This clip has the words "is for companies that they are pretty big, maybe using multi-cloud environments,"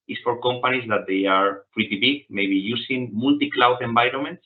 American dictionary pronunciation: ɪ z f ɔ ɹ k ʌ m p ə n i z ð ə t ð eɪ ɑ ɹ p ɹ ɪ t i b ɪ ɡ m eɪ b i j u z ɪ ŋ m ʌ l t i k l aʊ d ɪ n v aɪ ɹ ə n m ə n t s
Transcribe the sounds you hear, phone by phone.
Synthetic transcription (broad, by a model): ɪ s f ɔ ɹ k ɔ m p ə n i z ð ə t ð eɪ ɑ ɹ p ɹ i t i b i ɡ m eɪ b i j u s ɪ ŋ m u l t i k l aʊ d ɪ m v aɪ ɹ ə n m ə n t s